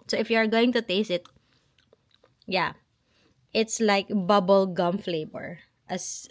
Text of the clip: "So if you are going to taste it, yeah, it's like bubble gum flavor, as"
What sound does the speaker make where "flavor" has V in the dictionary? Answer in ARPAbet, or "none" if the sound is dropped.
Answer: B